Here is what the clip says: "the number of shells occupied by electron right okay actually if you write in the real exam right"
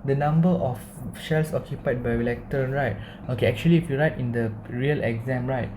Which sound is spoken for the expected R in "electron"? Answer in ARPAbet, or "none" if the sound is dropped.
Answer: none